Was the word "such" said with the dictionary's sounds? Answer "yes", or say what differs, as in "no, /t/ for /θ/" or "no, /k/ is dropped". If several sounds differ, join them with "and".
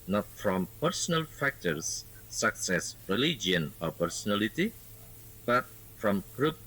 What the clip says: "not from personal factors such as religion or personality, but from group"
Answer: no, /s/ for /tʃ/